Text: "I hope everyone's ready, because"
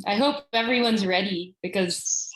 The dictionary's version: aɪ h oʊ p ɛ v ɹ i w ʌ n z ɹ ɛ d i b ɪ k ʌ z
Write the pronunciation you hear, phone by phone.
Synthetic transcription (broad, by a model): aɪ h oʊ p ɛ v ɹ i w ʌ n z ɹ ɛ d i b ɪ k ʌ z